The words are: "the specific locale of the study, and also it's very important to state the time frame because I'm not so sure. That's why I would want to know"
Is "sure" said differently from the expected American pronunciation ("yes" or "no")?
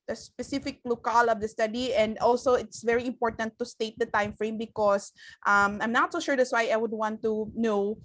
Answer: no